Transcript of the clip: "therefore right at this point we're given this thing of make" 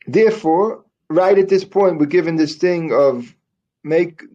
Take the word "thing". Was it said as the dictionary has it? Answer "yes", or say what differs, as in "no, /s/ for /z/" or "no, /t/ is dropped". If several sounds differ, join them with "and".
yes